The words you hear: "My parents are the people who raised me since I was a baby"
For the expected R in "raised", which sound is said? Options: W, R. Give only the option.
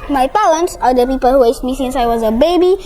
W